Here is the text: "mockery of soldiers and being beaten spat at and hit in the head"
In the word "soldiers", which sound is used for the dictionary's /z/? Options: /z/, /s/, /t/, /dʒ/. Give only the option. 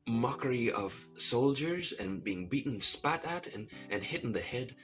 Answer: /z/